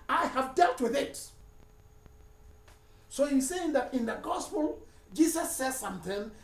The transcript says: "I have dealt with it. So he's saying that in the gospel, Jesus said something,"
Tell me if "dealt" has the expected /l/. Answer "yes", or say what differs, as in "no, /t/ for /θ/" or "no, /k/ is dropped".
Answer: yes